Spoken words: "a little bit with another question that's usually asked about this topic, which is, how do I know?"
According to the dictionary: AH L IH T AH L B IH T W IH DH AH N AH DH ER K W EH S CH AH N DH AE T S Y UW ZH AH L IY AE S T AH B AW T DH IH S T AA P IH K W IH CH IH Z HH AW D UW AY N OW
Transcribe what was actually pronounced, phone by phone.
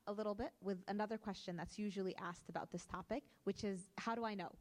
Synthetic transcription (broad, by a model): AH L IH T L B IH T W IH DH AH N AH DH ER K W EH S CH AH N DH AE T S Y UW ZH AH L IY AE S T AH B AW T DH IH S T AA P IH K W IH CH IH Z HH AW D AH AY N OW